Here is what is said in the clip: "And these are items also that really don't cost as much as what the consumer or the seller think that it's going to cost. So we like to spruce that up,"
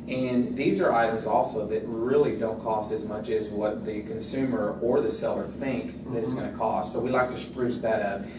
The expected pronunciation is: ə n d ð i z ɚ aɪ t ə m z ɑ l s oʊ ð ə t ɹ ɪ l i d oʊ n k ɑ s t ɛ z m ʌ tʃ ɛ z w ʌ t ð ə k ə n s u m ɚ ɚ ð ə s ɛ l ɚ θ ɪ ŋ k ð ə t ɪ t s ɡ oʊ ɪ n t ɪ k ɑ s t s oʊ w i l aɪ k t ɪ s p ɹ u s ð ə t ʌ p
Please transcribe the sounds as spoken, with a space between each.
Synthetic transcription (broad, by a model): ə n ð i z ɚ aɪ t ə m z ɑ l s oʊ ð ə t ɹ ɪ l i d oʊ n k ɑ s t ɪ z m ʌ tʃ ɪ z w ʌ t ð ə k ə n s u m ɚ ɚ ð ə s ɛ l ɚ θ ɪ ŋ k ð ə t ɪ t s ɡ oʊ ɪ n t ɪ k ɑ s t s oʊ w i l aɪ k t ɪ s p ɹ u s ð ə t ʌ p